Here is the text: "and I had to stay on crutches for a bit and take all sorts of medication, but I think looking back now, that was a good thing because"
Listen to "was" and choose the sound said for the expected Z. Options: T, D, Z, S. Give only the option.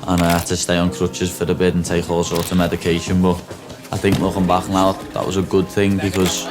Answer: Z